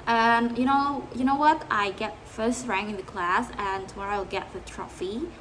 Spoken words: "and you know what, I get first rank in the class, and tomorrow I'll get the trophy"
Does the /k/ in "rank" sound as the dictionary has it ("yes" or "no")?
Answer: no